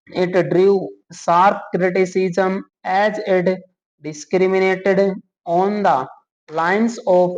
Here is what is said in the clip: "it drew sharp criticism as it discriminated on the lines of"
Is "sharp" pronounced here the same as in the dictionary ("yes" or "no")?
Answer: no